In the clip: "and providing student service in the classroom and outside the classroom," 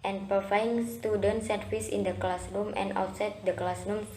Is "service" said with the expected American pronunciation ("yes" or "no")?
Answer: no